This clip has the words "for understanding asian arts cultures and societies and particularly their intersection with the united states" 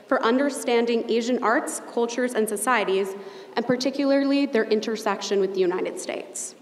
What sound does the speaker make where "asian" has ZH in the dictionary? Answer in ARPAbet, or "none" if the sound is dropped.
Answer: ZH